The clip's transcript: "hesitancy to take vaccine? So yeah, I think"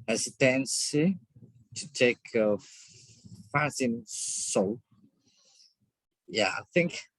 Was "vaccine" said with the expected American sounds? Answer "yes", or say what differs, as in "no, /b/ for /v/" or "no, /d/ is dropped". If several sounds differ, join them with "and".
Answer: no, /f/ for /v/ and /k/ is dropped